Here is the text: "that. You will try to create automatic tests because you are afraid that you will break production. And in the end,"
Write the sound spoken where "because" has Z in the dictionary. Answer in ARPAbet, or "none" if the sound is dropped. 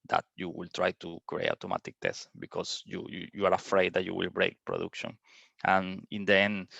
none